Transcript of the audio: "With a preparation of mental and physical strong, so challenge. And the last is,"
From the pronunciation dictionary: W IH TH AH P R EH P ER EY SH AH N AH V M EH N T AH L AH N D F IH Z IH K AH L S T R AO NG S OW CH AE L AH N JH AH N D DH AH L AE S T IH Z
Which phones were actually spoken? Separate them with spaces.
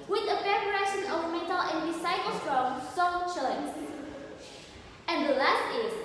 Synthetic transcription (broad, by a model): W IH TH AH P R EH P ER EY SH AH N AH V M EH N T AH L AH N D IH S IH AH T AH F R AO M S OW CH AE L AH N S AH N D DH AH L AE S T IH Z